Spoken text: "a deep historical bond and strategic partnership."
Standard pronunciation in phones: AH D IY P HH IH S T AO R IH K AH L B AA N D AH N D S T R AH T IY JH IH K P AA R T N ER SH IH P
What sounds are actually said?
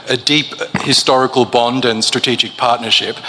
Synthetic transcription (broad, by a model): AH D IY P HH IH S T AO R IH K AH L B AA N D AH N S T R AH T IY JH IH K P AA R T N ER SH IH P